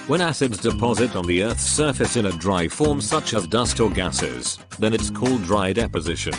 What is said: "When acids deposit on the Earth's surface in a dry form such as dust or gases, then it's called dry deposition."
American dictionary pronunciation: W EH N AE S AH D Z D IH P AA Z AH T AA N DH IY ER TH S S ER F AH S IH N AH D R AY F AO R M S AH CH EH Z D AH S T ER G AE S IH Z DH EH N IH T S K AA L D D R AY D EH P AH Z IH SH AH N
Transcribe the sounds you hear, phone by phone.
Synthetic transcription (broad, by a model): W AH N AE S AH D Z D IH P AA Z AH T N DH IY ER TH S S ER F AH S IH N AH D R AY F AO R M S AH CH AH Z D AH S T ER G AE S IH Z DH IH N IH T S K AA L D D R AY D EH P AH Z IH SH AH N